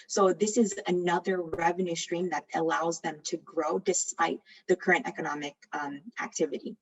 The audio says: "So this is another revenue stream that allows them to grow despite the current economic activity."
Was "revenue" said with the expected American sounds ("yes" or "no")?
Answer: yes